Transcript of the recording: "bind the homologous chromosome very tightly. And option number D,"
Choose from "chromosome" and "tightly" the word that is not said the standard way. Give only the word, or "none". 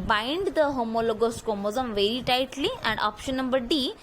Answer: chromosome